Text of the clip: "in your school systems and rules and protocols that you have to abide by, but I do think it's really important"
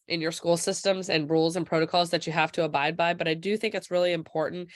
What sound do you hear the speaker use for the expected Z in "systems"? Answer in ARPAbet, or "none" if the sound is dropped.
Z